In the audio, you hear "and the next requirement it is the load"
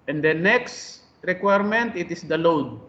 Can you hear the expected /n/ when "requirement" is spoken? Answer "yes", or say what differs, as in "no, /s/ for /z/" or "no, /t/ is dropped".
yes